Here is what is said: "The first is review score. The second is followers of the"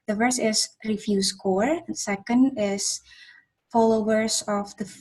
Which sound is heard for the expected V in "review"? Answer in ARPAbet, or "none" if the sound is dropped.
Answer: F